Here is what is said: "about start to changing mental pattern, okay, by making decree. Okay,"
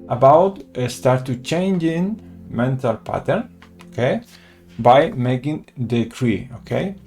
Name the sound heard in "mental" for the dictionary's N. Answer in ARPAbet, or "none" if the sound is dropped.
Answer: N